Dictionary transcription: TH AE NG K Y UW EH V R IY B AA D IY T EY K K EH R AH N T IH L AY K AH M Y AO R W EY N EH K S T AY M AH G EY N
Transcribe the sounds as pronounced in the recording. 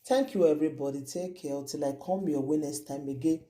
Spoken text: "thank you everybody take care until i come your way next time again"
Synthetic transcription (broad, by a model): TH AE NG K Y UW EH V R IY B AA D IY T EY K K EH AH T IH L AY K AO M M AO W EY N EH S T AY M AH G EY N